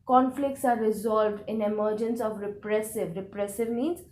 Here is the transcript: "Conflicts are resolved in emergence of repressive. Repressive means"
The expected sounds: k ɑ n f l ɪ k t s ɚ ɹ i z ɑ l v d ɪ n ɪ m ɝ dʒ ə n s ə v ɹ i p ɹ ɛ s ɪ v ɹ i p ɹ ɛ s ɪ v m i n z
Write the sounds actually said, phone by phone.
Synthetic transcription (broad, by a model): k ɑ n f l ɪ k t s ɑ ɹ i z ɑ l v d ɪ n ɪ m ɝ dʒ ə n s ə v ɹ i p ɹ ɛ s ɪ v ɹ i p ɹ ɛ s ɪ v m i n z